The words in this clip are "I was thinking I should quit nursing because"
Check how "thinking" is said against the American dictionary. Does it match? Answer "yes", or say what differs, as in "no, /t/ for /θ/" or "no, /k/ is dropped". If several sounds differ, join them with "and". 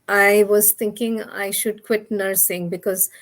no, /t/ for /θ/